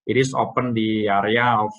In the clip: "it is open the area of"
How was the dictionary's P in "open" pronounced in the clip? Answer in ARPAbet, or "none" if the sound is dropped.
P